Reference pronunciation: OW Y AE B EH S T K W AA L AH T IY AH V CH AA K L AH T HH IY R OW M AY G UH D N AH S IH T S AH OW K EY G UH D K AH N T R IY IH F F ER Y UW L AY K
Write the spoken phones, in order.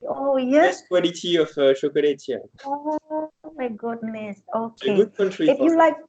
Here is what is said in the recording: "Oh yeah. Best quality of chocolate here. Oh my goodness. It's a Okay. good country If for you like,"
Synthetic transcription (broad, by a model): OW Y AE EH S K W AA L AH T IY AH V SH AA K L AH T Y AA OW M AY G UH D N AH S S OW K EY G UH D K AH N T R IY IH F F Y UW L AY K